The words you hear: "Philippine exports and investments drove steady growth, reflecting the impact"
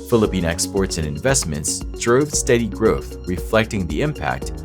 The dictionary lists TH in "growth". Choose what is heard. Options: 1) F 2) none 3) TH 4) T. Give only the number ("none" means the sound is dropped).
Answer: 3